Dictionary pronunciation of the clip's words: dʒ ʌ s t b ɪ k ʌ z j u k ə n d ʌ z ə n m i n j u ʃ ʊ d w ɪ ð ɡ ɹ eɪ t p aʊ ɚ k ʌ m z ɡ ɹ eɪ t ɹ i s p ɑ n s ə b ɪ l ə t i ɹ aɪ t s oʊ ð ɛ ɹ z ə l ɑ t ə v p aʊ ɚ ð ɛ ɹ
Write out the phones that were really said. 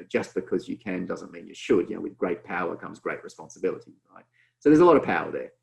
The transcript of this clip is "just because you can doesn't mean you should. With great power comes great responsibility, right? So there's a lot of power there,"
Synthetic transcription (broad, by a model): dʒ ʌ s b ɪ k ʌ z j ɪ k ə n d ʌ z ə n m i n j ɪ ʃ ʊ d w ɪ ð ɡ ɹ eɪ t p aʊ ɚ k ʌ m z ɡ ɹ eɪ t ɹ i s p ɑ n s ə b ɪ l ə t i ɹ aɪ t s oʊ ð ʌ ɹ z ə l ɑ t ə v p aʊ ɚ ð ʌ ɹ